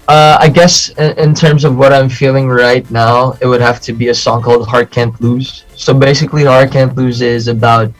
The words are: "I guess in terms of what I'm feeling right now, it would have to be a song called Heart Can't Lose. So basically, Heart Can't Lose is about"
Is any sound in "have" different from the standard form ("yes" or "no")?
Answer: yes